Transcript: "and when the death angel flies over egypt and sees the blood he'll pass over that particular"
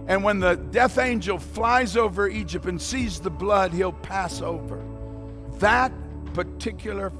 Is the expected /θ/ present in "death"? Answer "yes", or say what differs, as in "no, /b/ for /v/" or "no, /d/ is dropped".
yes